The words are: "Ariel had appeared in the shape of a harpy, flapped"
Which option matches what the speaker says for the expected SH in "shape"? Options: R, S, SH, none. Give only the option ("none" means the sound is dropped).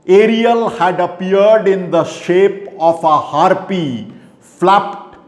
SH